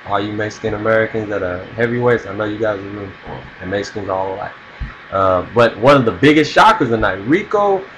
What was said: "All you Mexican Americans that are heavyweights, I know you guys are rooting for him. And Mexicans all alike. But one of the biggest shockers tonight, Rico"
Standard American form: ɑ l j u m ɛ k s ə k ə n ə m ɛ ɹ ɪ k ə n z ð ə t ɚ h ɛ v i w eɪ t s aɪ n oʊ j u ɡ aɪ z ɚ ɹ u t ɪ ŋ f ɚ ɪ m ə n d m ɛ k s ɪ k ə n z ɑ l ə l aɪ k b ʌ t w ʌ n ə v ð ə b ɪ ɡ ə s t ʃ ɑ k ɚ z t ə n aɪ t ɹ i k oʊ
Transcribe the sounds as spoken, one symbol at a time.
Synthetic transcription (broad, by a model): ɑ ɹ j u m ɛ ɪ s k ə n ə m ɛ ɹ ɪ k ə n z ð ə t ɚ h ɛ v i w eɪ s aɪ n oʊ j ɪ ɡ aɪ z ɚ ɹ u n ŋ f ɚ ɪ m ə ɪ s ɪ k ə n z ɑ l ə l aɪ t b ʌ t w ʌ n ə v ð ə b ɪ ɡ ə s t ʃ ɑ k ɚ z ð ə n aɪ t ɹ i k oʊ